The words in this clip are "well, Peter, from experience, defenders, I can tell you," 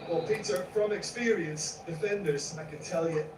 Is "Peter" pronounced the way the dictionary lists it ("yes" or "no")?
yes